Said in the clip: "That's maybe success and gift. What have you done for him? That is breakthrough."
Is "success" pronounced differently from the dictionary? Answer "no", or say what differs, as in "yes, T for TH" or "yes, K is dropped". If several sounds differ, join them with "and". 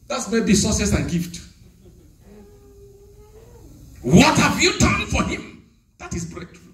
yes, K is dropped